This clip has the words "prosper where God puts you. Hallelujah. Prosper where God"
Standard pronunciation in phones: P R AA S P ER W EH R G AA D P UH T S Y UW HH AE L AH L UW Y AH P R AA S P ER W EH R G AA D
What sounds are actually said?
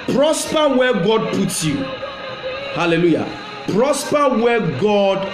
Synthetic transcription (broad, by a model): P R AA S P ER W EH G AA D P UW T Y UW HH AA L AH L UW Y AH P R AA S P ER W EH G AA D